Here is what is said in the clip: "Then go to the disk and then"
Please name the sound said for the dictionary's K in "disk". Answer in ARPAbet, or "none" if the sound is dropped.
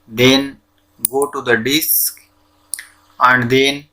K